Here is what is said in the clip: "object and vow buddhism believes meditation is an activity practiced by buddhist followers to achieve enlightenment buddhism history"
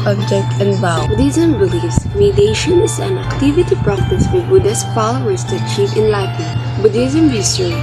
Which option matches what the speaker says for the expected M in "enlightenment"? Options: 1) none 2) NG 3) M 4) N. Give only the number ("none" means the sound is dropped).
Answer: 1